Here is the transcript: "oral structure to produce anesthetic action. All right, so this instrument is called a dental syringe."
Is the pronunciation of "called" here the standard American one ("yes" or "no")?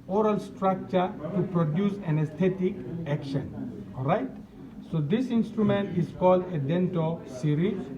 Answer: yes